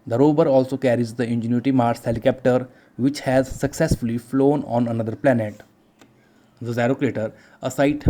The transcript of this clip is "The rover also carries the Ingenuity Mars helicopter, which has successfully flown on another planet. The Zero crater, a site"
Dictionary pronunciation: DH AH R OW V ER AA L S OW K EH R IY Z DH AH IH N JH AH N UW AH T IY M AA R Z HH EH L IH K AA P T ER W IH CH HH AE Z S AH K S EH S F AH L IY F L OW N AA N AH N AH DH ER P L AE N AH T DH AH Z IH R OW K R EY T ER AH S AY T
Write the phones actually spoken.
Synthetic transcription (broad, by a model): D AH R OW B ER AA L S OW K EH R IY Z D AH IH N JH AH N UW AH T IY M AA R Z HH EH L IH K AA P T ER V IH CH HH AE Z S AH K S EH S F AH L IY F L OW N AA N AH N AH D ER P L AE N AH T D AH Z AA R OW K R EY T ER AH S AY T